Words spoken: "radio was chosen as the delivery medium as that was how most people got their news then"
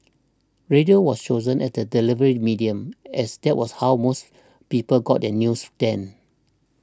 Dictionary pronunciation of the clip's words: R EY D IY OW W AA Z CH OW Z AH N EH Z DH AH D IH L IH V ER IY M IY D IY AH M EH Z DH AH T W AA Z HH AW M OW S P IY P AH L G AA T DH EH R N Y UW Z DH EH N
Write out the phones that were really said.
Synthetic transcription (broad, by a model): R EY D IY OW W AA S CH OW Z AH N EH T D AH D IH L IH V ER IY M IY D IY AH M EH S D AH T W AA S HH AW M OW S P IY P AH L G AA T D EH N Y UW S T EH N